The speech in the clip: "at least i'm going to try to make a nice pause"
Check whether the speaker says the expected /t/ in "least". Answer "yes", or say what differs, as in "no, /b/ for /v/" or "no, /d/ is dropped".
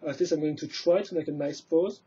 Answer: no, /t/ is dropped